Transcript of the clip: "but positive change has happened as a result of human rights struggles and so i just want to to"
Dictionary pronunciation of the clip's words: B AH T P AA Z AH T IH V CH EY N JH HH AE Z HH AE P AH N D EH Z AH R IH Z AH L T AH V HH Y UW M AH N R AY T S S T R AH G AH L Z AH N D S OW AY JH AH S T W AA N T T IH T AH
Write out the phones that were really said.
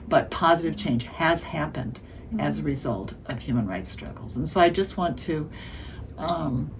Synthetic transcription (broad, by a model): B AH T P AA Z AH T IH V CH EY N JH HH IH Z HH AE P AH N D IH Z AH R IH Z AH L T AH V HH Y UW M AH N R AY T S S T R AH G L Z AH N S OW AY JH AH S T W AA N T T IH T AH